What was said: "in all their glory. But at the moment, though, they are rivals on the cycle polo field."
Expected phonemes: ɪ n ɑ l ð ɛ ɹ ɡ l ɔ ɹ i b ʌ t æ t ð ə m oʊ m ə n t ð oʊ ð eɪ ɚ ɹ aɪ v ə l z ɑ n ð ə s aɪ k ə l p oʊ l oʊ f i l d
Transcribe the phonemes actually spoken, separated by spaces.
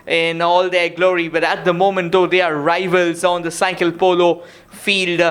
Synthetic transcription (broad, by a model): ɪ n ɑ l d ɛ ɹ ɡ l ɔ ɹ i b ʌ t æ t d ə m oʊ m ə n t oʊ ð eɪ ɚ ɹ aɪ v ə l z ɑ n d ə s aɪ k ə l p oʊ l oʊ f i l d